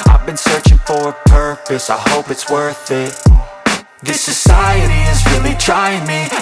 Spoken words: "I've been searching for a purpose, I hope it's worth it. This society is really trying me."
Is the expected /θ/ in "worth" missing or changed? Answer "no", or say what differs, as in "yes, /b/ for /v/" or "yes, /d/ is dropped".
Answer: no